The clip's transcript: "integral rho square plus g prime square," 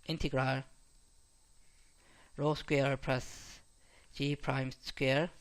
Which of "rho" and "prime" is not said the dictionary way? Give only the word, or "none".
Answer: none